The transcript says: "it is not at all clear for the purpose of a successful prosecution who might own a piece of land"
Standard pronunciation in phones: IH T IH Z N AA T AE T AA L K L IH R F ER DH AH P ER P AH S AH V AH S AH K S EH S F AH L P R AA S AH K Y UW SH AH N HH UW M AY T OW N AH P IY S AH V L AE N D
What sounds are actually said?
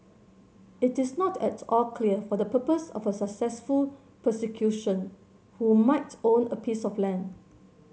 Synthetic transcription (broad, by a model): IH T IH S N AA T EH T AA L K L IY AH F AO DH AH P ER P AH S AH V AH S AH K S EH S F AH L P AH S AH K Y UW SH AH N HH UW M AY T OW N AH P IY S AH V L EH N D